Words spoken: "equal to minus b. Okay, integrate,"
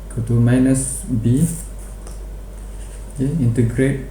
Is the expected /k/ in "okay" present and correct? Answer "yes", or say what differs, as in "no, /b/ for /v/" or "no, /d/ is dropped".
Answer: no, /k/ is dropped